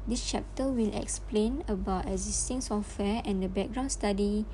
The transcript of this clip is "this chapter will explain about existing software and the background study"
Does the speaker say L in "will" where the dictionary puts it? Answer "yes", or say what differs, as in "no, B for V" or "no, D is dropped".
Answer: yes